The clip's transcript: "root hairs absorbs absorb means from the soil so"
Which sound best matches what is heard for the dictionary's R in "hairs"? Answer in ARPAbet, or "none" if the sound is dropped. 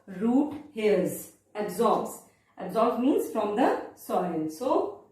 L